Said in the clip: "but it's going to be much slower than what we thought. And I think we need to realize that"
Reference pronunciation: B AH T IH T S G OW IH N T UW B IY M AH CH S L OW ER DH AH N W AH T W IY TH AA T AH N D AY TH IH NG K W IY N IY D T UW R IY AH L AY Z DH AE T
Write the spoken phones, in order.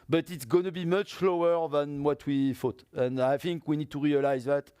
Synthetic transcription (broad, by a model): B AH T IH T S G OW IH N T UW B IY M AH CH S L OW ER DH AH N W AH T W IY F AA T AH N D AY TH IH NG K W IY N IY D T UW R IY AH L AY Z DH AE T